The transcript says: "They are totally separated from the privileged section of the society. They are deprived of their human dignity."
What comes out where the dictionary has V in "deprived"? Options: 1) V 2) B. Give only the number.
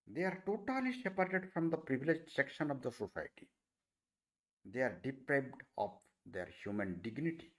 2